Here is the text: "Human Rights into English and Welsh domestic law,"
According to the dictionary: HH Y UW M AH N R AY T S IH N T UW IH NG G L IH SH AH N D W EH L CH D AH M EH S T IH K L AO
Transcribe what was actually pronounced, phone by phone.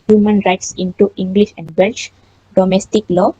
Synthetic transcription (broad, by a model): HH Y UW M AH N R AY T S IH N T UW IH NG G L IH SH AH N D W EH L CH D AH M EH S T IH K L AO